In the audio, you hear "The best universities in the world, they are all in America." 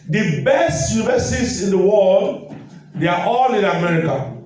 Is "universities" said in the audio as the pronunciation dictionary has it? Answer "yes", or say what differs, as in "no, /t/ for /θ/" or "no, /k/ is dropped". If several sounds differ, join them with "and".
no, /s/ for /t/